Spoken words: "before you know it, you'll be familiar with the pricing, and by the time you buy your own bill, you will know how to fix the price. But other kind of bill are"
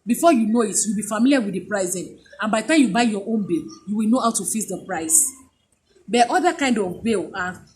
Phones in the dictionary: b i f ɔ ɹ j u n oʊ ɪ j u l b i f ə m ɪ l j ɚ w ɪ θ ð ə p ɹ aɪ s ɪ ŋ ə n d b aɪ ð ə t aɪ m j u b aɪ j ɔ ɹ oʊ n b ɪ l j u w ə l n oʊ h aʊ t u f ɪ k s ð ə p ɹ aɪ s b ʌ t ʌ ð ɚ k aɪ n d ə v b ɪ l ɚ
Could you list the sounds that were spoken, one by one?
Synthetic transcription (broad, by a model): b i f ɔ j u n oʊ ɪ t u w b i f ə m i l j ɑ w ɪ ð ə p ɹ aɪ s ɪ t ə n b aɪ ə t aɪ m j u b aɪ j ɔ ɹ oʊ n b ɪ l j u w ə l n oʊ h aʊ t u f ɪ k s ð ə p ɹ aɪ s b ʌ t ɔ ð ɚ k aɪ n d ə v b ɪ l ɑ